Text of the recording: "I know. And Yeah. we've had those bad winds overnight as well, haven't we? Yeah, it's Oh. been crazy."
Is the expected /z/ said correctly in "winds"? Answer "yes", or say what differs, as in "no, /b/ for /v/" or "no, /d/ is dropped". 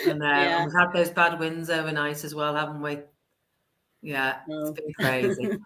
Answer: yes